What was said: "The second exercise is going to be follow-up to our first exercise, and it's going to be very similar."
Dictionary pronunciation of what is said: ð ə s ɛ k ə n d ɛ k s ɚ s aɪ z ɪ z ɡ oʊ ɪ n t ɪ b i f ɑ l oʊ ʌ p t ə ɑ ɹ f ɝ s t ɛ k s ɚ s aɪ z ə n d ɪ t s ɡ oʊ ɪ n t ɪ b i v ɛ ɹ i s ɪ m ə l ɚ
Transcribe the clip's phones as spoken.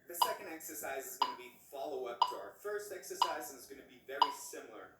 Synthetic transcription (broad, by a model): ð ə s ɛ k ə n d ɛ k s ɚ s aɪ z ɪ z ɡ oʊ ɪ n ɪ b i f ɑ l oʊ ʌ p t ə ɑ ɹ f ɝ s t ɛ k s ɚ s aɪ z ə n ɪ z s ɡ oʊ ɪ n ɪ b i v ɛ ɹ i s ɪ m l ɚ